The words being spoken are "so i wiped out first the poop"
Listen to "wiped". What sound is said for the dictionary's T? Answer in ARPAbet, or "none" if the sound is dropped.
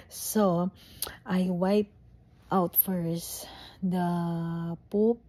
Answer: T